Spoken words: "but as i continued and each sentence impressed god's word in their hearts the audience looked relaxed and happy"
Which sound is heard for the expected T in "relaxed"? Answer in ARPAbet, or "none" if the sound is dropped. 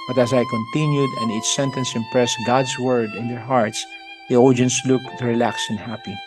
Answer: none